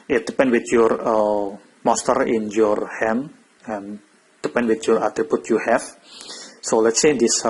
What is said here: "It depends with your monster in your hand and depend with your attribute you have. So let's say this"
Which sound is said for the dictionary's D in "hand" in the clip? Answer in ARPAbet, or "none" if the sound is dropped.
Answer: none